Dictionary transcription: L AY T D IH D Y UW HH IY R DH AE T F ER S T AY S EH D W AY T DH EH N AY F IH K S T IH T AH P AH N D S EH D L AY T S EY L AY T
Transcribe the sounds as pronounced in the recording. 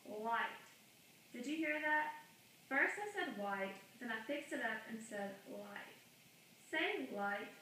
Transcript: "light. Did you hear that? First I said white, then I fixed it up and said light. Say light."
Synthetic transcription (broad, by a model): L AY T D IH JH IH HH IY R DH AE T F ER S T AY S EH D W AY T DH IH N AY F IH K S T IH T AH P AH N S EH D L AY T S EY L AY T